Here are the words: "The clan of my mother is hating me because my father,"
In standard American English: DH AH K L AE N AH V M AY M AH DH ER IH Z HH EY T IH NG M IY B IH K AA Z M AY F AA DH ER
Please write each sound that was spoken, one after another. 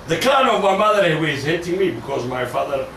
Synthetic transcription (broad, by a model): DH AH K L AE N AH V M AY M AH DH ER IH Z HH EY T IH NG M IY B IH K AA Z M AY F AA DH ER